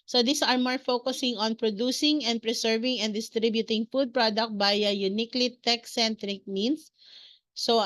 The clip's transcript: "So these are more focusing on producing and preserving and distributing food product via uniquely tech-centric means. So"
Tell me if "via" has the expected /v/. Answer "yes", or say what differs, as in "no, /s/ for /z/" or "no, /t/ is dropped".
no, /b/ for /v/